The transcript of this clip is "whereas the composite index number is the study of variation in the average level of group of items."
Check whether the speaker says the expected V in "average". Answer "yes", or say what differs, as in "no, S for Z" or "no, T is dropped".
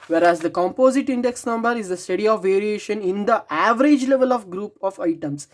yes